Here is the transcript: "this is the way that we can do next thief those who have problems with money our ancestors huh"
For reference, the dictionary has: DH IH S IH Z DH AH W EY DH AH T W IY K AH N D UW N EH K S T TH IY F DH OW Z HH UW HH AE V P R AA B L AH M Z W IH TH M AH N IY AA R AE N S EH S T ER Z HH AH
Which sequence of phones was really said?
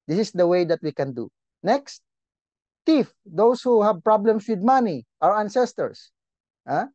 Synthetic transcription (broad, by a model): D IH S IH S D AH W EY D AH T W IY K AH N D UW N EH K S T T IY F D OW S HH UW HH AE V P R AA B L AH M S W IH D M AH N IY AA R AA N S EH S T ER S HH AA